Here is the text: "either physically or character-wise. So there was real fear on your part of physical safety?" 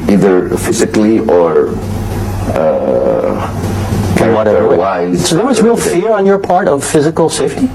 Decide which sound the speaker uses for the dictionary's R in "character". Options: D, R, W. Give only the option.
W